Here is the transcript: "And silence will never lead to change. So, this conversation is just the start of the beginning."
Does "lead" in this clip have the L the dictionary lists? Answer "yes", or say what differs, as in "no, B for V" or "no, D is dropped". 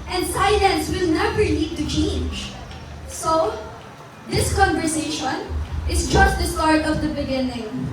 no, N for L